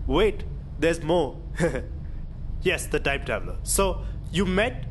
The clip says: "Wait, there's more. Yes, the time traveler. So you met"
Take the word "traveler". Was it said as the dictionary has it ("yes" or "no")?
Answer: no